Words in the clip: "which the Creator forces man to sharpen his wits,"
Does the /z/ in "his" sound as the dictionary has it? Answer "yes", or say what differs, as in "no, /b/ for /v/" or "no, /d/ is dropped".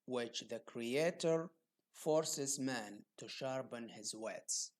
yes